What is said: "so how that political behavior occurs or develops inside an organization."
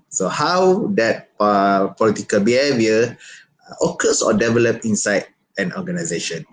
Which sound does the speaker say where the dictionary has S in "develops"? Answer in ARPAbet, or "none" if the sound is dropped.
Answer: none